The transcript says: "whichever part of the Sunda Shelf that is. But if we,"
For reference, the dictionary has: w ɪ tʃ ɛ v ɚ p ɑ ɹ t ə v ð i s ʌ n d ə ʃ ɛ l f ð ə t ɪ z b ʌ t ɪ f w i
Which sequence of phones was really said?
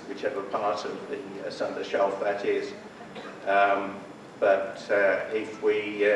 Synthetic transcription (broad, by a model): w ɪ tʃ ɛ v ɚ p ɑ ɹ t ə v ð i s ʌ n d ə ʃ ɛ l f ð ə t ɪ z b ʌ t ɪ f w i